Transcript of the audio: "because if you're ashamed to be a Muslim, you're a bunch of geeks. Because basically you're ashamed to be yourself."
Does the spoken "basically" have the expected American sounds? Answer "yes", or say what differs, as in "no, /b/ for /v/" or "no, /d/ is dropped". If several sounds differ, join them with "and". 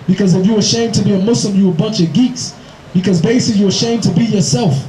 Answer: no, /s/ is dropped